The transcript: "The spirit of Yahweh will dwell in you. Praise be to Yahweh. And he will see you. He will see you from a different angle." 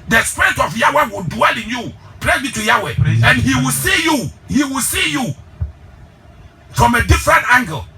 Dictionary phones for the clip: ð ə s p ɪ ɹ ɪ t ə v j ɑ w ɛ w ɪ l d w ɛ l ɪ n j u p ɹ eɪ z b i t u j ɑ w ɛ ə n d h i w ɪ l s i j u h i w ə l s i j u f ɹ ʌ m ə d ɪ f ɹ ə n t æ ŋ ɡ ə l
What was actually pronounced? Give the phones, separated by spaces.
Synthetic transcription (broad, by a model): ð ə s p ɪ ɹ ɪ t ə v j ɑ w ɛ w ɪ l d w ɛ l ɪ n j u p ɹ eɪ b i t u j ɑ w ɛ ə n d h i w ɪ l s i j u h i w ə l s i j u f ɹ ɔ m ə d ɪ f ɹ ə n t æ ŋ ɡ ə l